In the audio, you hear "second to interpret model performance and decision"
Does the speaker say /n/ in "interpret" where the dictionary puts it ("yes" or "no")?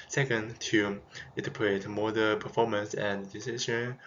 no